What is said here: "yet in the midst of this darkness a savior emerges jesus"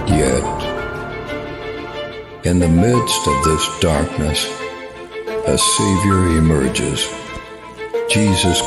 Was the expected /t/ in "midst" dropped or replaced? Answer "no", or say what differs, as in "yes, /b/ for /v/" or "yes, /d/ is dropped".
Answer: no